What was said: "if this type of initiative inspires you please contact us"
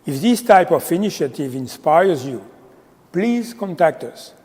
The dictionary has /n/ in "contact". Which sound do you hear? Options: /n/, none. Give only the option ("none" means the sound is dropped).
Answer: /n/